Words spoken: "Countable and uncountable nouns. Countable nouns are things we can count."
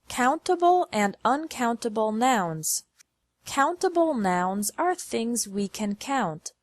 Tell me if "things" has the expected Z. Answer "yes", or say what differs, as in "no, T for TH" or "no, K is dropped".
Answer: yes